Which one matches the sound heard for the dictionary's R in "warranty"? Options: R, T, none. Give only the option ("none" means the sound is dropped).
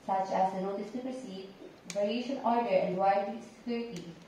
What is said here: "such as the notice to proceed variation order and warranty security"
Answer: none